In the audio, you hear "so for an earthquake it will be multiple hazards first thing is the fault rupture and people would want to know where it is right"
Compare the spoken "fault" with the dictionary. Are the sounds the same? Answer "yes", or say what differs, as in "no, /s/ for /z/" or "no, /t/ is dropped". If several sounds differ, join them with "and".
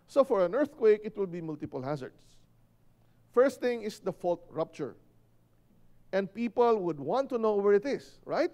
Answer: yes